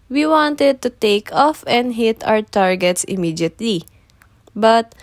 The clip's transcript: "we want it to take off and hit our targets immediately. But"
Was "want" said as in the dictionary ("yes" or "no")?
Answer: yes